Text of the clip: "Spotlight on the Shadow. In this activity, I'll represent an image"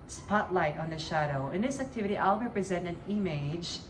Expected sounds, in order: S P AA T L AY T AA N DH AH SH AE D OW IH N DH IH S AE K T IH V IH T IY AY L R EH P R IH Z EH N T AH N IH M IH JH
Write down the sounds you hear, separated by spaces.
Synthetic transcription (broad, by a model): S P AA T L AY T N DH AH SH AE D OW IH N DH IH S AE K T IH V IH T IY AY L R EH P R IH Z EH N T AH N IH M IH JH